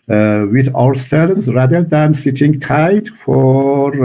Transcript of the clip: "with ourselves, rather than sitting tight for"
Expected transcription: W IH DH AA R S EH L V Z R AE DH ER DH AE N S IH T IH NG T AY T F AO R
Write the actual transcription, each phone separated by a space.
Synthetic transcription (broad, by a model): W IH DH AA W S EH L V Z R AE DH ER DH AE N S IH T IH NG T AY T F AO R